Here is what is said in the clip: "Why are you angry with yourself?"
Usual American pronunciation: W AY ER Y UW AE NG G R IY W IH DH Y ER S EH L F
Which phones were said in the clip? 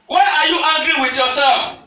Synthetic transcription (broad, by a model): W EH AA Y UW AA G R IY W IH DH Y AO S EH L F